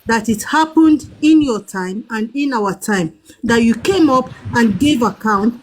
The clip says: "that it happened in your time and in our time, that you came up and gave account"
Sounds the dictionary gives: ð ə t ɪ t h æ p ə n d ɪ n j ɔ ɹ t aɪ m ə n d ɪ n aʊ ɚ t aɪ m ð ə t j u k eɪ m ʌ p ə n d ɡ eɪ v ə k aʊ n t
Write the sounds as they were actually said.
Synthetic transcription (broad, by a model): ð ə t ɪ t h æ p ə n d ɪ n j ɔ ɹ t aɪ m ə n d ɪ n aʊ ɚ t aɪ m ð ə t j u k eɪ m ʌ p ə n ɡ eɪ v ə k aʊ n t